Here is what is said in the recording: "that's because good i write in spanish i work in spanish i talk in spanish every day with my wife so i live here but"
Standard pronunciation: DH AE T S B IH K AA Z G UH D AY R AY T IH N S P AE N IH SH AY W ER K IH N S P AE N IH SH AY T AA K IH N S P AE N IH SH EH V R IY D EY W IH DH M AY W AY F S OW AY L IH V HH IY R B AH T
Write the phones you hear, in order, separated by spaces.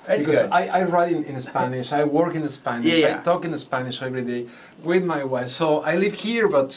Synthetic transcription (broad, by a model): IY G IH AA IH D AY R AY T IH N S P AE N IH SH AY W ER K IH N S P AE N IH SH AY T AA K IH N S P AE N IH SH EH V R IY D EY W IH DH M AY W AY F S OW AY L IH V HH IY R B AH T